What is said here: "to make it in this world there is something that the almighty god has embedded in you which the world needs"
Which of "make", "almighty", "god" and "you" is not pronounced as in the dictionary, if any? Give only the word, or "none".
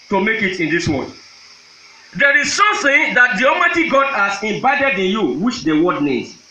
almighty